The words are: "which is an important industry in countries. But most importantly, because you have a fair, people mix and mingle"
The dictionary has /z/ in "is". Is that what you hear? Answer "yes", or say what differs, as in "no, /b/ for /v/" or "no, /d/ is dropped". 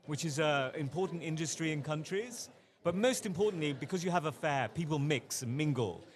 yes